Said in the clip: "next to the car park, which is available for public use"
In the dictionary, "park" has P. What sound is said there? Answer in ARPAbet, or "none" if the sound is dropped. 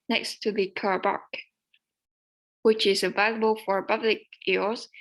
B